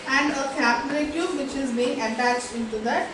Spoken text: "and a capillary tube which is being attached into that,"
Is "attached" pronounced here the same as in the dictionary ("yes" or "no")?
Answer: yes